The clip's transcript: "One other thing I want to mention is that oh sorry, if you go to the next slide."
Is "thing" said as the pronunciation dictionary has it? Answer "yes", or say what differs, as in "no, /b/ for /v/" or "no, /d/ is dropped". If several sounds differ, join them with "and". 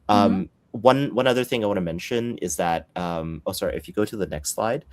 yes